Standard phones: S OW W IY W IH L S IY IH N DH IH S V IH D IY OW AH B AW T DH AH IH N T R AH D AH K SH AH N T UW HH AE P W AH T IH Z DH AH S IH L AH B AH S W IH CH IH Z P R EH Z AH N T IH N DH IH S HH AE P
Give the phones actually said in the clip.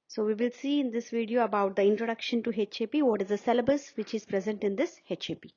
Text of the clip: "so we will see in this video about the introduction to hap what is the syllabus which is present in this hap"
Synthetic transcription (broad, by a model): S OW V IY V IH L S IY IH N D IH S V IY D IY OW AH B AW T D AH IH N T R AH D AH K SH AH N T UW HH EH P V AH T IH Z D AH S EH L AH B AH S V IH CH IH Z P R EH Z AH N T IH N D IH S HH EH P